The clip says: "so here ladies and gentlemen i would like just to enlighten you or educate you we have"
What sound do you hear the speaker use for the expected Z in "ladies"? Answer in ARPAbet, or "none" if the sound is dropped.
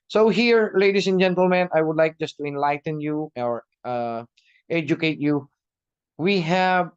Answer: S